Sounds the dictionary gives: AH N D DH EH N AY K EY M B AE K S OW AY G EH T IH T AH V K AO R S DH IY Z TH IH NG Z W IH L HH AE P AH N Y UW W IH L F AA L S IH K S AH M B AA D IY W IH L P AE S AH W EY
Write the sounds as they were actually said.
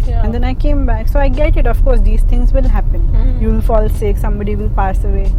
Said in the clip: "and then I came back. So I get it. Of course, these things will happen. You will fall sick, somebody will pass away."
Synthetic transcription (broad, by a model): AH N D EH N AY K EY M B AE K S OW AY G EH T IH T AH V K AO R S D IY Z T IH NG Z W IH L HH AE P AH N Y UW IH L F AA L S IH K S AH M B AA D IY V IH L P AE S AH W EY